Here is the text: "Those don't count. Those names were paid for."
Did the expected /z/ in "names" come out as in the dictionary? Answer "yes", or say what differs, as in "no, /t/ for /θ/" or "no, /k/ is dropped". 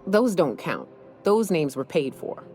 yes